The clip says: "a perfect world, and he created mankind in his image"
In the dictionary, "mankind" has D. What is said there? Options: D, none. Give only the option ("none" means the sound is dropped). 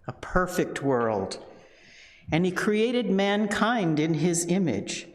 D